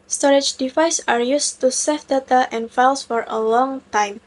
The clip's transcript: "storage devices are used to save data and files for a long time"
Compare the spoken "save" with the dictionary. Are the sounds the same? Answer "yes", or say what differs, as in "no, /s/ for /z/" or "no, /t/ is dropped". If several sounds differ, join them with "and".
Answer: no, /f/ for /v/